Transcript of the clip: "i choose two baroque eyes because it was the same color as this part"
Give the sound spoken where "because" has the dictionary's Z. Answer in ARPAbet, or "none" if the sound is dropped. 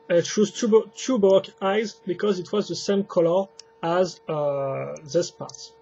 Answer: Z